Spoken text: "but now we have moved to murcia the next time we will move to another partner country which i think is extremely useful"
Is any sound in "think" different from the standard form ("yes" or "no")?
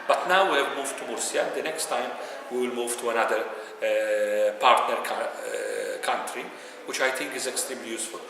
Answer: yes